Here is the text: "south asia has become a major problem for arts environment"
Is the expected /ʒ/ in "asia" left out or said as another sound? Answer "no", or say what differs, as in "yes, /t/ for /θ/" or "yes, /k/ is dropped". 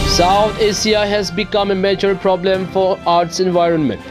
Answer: yes, /s/ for /ʒ/